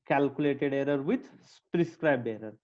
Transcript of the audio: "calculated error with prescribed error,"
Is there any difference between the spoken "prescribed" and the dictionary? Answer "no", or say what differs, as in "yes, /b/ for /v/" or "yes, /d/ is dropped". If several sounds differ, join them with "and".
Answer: yes, /d/ is dropped